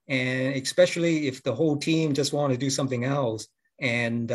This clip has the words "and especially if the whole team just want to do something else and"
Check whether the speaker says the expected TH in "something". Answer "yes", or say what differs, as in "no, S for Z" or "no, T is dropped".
yes